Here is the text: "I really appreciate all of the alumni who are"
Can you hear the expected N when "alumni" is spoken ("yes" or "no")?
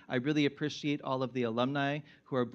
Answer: yes